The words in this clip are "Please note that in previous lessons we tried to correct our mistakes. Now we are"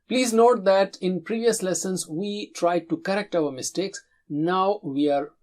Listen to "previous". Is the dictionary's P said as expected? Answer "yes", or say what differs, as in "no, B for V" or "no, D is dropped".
yes